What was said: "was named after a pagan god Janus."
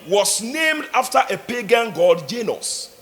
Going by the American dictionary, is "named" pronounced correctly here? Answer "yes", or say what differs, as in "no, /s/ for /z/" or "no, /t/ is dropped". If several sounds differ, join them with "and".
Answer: yes